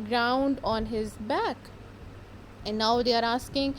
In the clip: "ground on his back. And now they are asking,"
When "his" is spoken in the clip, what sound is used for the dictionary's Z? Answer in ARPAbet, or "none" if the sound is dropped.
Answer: Z